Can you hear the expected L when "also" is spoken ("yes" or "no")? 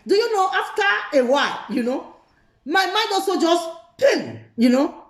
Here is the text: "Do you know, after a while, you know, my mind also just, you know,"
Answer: no